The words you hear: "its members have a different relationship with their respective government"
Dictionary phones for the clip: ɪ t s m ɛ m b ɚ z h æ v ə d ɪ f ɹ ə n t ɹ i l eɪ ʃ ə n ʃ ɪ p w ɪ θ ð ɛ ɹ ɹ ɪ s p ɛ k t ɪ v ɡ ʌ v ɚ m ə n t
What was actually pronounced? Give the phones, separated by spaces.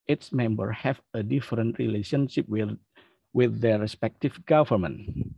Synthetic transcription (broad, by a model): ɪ t s m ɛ m b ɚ h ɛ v ə d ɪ f ɹ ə n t ɹ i l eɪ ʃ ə n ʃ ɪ p w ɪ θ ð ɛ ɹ ɹ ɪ s p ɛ k t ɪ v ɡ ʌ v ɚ m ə n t